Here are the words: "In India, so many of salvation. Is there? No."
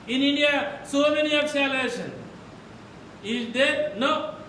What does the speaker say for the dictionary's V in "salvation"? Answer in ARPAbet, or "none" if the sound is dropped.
none